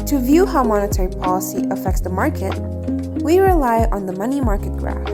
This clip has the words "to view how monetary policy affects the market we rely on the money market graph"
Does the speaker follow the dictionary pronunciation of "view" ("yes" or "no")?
yes